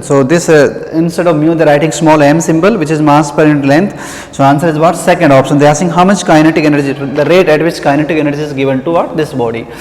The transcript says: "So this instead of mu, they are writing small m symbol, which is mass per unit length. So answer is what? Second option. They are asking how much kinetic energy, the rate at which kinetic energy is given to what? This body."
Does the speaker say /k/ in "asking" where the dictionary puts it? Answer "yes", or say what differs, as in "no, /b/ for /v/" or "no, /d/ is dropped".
no, /k/ is dropped